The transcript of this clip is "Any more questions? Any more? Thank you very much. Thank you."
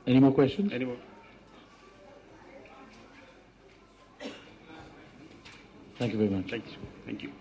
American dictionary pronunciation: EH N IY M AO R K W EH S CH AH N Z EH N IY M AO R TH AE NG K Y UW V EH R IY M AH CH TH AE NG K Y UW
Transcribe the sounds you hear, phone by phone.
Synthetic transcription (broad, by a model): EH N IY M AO K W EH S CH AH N EH N IY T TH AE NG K Y UW V EH R IY M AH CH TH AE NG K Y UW